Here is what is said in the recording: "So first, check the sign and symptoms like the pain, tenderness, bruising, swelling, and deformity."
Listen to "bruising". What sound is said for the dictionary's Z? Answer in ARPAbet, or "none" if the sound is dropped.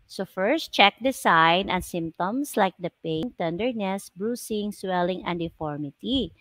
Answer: S